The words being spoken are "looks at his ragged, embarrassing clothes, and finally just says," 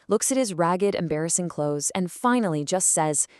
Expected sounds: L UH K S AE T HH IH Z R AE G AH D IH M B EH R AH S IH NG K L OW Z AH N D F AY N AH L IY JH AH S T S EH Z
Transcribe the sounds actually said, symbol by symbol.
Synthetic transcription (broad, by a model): L UH K S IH T HH IH Z R AE G AH D IH M B EH R AH S IH NG K L OW Z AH N F AY N L IY JH AH S T S EH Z